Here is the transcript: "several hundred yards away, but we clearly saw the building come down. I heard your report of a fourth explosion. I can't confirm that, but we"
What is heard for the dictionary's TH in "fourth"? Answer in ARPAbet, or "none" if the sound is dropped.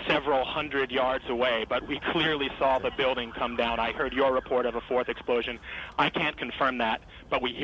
TH